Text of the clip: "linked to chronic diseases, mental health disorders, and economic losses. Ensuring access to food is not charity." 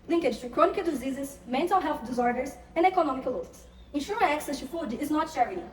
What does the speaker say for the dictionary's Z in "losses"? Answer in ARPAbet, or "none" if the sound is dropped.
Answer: S